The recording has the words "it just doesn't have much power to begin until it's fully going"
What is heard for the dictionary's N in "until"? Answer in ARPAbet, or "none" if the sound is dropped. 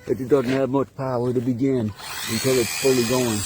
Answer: N